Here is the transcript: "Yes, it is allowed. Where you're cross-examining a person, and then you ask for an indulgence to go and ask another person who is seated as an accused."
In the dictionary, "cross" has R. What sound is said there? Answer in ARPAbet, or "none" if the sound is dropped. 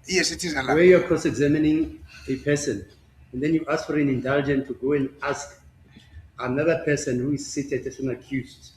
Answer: none